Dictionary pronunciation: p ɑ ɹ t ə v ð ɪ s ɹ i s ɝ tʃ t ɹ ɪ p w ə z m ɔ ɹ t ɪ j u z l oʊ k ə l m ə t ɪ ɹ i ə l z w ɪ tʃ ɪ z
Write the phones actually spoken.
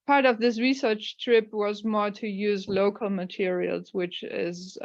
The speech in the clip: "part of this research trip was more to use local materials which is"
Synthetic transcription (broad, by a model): p ɑ ɹ t ə v ð ɪ s ɹ i s ɝ tʃ t ɹ ɪ p w ə z m ɔ ɹ t ɪ j u z l oʊ k ə l m ə t ɪ ɹ i ə l z w ɪ tʃ ɪ z